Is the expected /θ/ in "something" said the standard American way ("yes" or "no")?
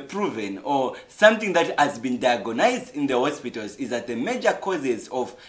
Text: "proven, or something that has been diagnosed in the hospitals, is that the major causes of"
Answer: yes